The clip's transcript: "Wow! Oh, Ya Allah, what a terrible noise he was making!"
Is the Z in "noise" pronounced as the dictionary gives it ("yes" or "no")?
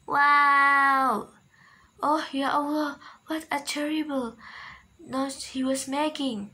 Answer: no